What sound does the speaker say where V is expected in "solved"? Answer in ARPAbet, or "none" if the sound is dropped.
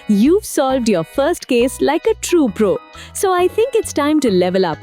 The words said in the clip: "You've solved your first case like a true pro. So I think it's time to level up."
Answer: V